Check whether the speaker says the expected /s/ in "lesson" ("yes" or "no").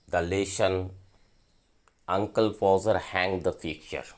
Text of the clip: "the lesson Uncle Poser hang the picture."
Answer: no